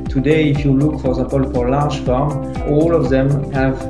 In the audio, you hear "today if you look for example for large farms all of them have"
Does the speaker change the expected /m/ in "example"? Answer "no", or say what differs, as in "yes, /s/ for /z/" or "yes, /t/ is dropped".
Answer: yes, /m/ is dropped